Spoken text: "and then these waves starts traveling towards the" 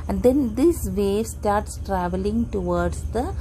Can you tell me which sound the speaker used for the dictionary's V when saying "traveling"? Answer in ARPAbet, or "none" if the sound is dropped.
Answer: V